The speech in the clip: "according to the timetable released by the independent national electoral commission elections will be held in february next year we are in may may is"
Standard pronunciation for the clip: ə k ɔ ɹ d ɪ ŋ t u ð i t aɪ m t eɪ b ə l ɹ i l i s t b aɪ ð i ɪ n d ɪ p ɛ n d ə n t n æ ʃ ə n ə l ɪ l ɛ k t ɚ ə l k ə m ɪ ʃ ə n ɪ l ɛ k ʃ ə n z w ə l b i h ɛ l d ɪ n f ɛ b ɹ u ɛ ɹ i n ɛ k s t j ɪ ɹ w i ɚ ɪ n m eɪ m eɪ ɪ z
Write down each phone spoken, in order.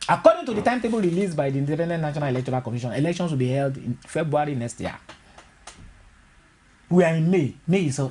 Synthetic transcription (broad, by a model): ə k ɔ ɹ d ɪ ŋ t u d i t aɪ m t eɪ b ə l ɹ i l i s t b aɪ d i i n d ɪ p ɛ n d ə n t n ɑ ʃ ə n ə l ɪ l ɛ k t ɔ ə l k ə m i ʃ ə n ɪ l ɛ k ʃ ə n s w ə l b i h ɛ l d ɪ n f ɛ b ɹ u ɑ ɹ i n ɛ k s t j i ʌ w i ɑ ɪ n m eɪ m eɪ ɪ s